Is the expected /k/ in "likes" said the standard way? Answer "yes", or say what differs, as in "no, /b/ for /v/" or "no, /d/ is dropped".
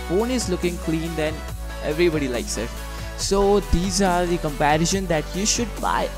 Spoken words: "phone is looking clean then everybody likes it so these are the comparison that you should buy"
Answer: yes